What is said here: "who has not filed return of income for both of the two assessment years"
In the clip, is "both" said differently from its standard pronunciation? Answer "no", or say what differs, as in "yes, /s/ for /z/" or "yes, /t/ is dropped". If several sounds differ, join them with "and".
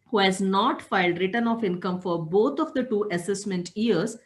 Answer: yes, /t/ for /θ/